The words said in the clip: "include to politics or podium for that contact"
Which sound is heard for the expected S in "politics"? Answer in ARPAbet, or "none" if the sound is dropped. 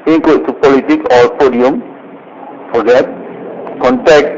none